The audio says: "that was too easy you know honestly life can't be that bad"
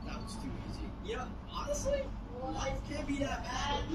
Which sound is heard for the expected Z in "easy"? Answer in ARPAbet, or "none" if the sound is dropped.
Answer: Z